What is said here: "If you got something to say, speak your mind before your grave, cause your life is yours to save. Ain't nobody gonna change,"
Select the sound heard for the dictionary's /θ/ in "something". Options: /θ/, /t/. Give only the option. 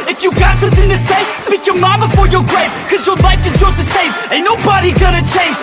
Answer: /θ/